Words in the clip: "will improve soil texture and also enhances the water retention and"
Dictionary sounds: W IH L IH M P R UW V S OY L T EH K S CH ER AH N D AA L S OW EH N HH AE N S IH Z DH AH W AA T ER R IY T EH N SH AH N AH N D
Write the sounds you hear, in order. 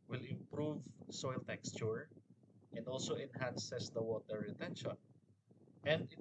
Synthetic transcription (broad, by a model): W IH L IH M P R UW V S OY L T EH K S CH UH AH N D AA L S OW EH N HH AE N S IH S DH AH W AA T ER R IY T EH N SH AH N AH N D